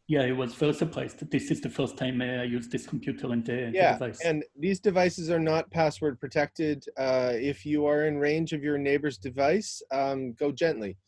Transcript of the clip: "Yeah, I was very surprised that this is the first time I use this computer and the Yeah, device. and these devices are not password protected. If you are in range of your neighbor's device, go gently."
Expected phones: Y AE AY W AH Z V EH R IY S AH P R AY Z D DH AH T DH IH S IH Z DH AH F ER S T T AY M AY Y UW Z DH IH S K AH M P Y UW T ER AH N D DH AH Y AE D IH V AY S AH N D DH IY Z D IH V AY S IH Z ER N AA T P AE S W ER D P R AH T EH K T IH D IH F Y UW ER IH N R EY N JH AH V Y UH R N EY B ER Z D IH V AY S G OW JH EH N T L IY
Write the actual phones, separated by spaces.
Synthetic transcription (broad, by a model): Y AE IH W AH Z F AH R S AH P L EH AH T DH IH S IH Z DH AH F ER S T T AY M AY Y UW Z DH IH S K M P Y UW T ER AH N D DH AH Y AE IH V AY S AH N DH IY Z D IH V AY S IH Z ER N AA T P AE S W ER D P R AH T EH K T IH D IH F Y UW ER IH N R EY N JH AH V Y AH R N EY B ER Z D IH V AY S G OW JH EH N T L IY